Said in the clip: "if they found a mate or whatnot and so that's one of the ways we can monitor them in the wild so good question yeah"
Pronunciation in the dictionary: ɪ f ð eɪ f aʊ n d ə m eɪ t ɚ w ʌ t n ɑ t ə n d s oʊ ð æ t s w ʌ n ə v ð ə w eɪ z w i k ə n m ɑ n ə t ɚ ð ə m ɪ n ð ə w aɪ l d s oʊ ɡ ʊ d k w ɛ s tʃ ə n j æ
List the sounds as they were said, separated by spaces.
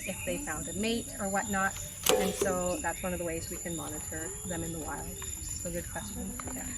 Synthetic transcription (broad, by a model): ɪ f ð eɪ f aʊ n d ə m eɪ t ɚ w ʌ t n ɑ t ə n s oʊ ð æ t s w ʌ n ə v ð ə w eɪ z w i k ə n m ɑ n ə t ɚ ð ə m ɪ n ð ə w aɪ l d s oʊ ɡ ʊ d k w ɛ s tʃ ə n